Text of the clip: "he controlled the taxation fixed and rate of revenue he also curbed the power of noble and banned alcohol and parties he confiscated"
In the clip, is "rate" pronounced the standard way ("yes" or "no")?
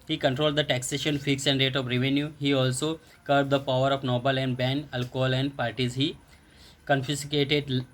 yes